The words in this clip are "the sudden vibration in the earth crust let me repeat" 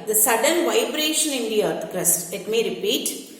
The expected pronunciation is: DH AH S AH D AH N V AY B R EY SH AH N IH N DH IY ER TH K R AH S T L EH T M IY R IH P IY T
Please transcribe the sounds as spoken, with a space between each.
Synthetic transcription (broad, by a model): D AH S AH D AH N V AY B R EY SH AH N IH N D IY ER T K R AH S T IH T M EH R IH P IY T